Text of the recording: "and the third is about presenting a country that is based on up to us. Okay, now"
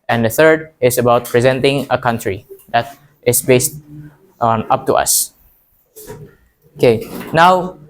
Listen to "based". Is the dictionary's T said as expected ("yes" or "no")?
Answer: yes